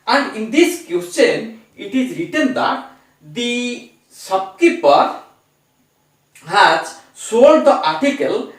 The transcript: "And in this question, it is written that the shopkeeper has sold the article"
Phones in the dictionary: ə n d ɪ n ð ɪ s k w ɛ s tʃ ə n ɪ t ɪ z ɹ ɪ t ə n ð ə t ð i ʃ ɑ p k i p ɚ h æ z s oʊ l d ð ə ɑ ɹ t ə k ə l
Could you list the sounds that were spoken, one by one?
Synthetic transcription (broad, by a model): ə n d ɪ n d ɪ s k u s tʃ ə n ɪ t ɪ z ɹ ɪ t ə n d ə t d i s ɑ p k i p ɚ h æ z s oʊ l d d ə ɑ ɹ t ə k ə l